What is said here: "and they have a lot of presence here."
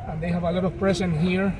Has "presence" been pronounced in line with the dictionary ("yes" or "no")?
no